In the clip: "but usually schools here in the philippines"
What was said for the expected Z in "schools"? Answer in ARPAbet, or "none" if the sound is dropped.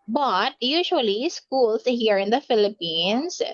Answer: S